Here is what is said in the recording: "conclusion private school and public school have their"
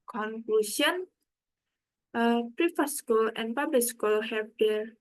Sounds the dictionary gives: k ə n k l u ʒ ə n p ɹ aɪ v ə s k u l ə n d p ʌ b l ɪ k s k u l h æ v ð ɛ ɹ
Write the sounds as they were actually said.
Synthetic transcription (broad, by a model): k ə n k l u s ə n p ɹ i f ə s k u l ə n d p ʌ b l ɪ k s k u l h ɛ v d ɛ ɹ